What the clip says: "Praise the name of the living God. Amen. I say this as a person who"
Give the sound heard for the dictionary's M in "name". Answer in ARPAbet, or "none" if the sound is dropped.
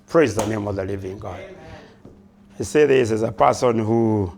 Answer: M